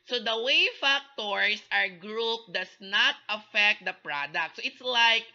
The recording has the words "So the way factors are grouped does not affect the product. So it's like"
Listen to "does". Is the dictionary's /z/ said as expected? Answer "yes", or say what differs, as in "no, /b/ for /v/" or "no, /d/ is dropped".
no, /s/ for /z/